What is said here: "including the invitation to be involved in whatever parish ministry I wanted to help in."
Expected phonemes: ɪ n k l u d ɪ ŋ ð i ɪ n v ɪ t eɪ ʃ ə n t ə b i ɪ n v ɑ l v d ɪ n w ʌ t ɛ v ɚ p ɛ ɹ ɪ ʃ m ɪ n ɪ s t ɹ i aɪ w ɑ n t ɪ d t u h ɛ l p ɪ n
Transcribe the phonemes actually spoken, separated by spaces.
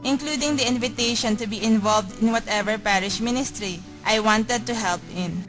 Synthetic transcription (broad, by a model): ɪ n k l u d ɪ ŋ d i ɪ n v ɪ t eɪ ʃ ə n t ə b i ɪ n v ɑ l v d ɪ n w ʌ t ɛ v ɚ p ɛ ɹ ɪ ʃ m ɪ n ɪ s t ɹ i aɪ w ɑ n t ɪ d t u h ɛ l p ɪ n